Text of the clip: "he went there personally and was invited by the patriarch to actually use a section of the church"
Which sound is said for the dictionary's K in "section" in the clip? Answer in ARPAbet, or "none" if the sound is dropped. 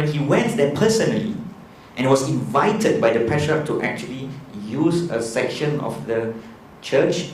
K